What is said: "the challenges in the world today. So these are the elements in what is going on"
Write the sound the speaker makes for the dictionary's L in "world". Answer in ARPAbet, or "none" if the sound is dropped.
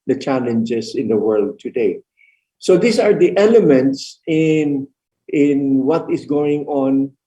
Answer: L